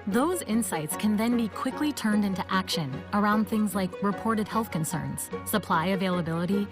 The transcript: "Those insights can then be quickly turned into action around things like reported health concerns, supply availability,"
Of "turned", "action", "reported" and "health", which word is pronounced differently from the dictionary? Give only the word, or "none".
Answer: none